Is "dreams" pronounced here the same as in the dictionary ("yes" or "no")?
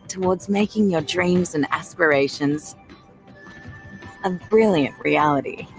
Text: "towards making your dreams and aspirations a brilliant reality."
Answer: yes